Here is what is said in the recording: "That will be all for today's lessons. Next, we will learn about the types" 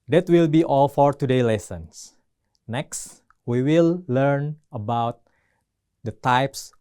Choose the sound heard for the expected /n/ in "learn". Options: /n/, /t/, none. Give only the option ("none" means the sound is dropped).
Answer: /n/